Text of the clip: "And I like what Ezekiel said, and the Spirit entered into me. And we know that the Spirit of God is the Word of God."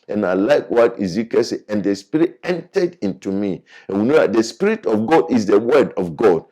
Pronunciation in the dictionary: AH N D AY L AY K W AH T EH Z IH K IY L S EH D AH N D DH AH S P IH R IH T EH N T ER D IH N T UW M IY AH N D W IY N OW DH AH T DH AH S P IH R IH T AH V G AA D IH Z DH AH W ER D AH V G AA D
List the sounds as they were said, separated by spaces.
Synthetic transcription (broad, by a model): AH N AY L AY K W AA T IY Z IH K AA S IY AH N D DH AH S P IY R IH T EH N T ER D IH N T UW M IY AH N W IY N OW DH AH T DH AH S P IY R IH T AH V G AA D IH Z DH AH W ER D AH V G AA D